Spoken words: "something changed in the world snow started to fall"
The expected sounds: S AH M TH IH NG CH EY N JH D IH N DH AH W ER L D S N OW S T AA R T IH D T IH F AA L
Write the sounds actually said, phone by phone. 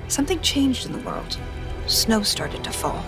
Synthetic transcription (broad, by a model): S AH M TH IH NG CH EY N JH D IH N DH AH W ER L D S N OW S T AA R T IH D T IH F AA L